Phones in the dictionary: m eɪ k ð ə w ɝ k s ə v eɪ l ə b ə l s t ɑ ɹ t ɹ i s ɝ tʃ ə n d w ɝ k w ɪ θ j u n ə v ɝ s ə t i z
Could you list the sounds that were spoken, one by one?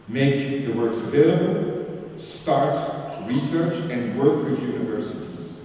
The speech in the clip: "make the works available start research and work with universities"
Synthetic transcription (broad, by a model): m eɪ k ð ə w ɝ k s ə v eɪ l ə b ə l s t ɑ ɹ t ɹ i s ɝ tʃ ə n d w ɝ k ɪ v j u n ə v ɝ s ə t i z